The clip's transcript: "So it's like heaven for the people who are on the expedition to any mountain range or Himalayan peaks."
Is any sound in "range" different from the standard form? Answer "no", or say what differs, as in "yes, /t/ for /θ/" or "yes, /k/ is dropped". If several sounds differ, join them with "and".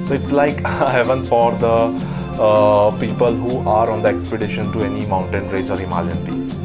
yes, /n/ is dropped